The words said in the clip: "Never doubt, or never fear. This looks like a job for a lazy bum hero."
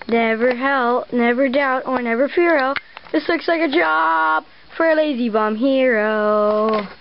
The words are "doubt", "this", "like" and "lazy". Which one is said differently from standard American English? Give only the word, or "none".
none